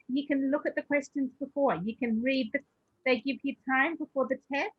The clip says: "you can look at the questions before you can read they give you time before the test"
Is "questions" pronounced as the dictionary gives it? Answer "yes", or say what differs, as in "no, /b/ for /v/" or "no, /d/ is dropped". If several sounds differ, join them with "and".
yes